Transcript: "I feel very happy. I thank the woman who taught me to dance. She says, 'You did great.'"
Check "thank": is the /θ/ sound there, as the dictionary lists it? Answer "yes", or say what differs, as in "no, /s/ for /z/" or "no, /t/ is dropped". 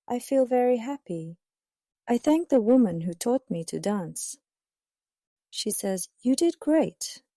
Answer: yes